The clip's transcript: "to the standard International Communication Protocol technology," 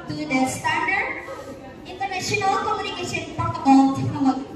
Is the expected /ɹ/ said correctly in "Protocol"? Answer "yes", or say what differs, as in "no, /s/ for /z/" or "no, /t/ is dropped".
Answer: no, /ɹ/ is dropped